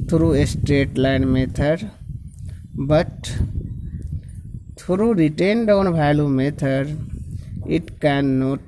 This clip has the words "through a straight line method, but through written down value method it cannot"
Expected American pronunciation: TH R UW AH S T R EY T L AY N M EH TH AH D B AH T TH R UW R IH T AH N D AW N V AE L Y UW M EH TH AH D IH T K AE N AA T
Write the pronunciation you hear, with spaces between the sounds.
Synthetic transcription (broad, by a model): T R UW AH S T R EY T L AY N M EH T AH D B AH T T R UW R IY T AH N D AW N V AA L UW M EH T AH D IH T K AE N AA T